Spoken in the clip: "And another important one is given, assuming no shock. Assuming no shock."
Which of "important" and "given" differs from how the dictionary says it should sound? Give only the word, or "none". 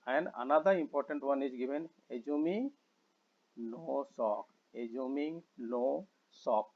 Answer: given